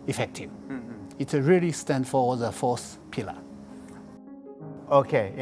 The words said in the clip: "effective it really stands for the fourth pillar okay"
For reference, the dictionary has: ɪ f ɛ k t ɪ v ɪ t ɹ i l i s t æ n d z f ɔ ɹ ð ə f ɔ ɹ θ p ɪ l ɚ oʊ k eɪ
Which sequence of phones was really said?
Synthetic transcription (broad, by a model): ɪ f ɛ k t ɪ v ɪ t ɹ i l i s t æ n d f ɔ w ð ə f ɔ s p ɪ l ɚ oʊ k eɪ